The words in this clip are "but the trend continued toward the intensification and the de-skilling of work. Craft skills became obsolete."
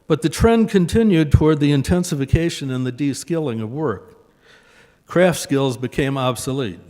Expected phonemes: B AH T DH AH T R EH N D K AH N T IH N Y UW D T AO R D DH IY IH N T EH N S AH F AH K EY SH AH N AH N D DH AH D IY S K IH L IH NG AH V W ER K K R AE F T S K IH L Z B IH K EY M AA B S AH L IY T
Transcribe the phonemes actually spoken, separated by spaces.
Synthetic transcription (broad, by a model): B AH T DH AH T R EH N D K AH N T IH N Y UW D T AO R D DH IY IH N T EH N S AH F AH K EY SH AH N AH N DH AH D IY S K IH L IH NG AH V W ER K K R AE F T S K IH L Z B IH K EY M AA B S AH L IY T